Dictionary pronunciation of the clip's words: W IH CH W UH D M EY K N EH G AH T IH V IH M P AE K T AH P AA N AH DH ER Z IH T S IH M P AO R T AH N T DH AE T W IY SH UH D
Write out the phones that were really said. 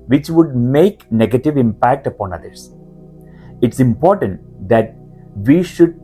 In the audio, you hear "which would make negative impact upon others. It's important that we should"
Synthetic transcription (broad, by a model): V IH CH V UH D M EY K N EH G AH T IH V IH M P AE K T AH P AA N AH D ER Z IH T S IH M P AO R T AH N T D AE T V IY SH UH D